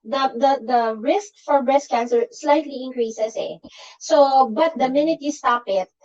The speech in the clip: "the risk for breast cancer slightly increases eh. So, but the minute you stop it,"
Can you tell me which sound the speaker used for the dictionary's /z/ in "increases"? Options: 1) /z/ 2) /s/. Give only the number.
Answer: 2